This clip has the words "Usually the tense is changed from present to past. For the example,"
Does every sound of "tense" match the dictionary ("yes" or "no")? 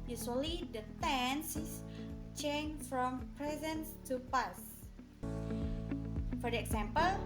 yes